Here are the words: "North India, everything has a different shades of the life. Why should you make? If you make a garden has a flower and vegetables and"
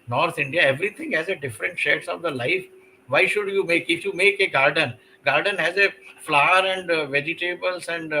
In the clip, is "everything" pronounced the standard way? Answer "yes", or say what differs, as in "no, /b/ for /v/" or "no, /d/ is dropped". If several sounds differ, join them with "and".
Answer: no, /t/ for /θ/